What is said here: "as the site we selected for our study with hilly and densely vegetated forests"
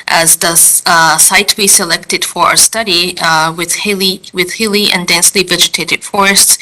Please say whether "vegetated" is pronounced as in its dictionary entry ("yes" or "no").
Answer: yes